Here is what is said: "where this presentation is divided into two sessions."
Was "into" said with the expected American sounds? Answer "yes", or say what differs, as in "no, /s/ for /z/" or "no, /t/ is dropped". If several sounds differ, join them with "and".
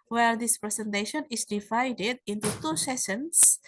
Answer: yes